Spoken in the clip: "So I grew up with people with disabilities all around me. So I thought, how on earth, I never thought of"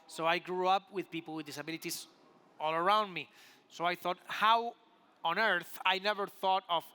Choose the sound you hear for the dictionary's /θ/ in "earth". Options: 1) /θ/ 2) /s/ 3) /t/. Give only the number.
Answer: 1